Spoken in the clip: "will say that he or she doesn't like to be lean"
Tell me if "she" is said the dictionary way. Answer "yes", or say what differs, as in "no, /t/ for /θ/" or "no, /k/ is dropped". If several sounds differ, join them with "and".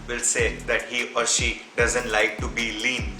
yes